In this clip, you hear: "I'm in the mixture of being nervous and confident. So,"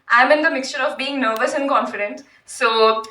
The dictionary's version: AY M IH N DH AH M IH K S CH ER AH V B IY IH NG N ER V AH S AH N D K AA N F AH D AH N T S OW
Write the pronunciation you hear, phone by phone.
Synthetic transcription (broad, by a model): AY M IH N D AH M IH K S CH ER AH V B IY IH NG N ER V AH S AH N K AA N F AH D AH N T S OW